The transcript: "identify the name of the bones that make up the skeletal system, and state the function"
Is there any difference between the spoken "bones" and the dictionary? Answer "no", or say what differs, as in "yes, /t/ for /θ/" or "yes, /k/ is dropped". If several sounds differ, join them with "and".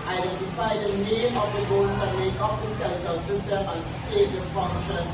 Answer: yes, /n/ is dropped